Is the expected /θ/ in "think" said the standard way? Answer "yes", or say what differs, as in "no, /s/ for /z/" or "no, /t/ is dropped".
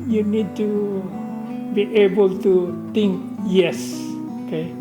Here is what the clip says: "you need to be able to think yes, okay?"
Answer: no, /t/ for /θ/